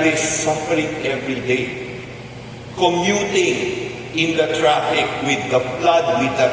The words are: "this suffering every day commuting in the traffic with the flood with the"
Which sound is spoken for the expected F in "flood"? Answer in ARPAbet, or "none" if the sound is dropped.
P